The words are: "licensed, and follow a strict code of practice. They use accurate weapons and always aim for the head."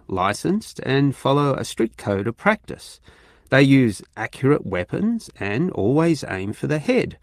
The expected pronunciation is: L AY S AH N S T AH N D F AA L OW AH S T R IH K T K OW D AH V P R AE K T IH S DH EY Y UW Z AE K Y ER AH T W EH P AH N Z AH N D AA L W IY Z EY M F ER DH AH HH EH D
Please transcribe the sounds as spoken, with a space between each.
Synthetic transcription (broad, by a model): L AY S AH N S T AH N F AA L OW AH S T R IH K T K OW D AH V P R AE K T IH S DH EY Y UW Z AE K Y ER AH T W EH P AH N Z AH N AA L W IY Z EY M F ER DH AH HH EH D